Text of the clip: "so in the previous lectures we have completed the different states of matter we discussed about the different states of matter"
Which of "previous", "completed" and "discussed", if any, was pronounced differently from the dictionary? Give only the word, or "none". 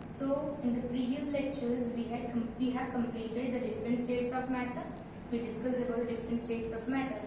discussed